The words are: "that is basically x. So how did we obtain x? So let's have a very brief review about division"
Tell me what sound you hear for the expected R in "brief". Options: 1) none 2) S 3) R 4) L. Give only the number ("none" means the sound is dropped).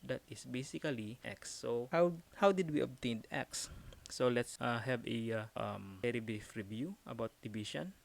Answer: 1